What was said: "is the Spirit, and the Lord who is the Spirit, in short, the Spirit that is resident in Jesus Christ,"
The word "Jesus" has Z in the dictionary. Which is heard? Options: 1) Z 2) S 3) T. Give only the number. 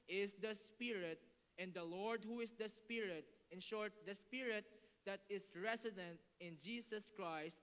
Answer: 2